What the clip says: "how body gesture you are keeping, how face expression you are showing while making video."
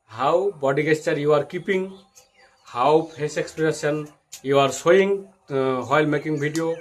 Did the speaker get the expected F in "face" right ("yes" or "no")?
no